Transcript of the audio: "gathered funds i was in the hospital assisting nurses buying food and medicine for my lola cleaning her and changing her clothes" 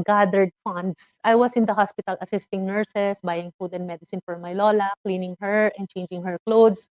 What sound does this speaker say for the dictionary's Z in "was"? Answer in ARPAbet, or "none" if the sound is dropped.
S